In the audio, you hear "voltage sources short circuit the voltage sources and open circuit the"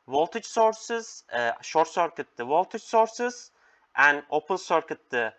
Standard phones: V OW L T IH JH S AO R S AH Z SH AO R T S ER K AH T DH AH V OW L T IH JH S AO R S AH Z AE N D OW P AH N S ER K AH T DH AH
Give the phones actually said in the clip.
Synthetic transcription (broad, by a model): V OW L T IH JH S AO R S AH Z SH AO R T S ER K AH T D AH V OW L T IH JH S AO R S AH Z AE N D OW P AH L S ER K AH T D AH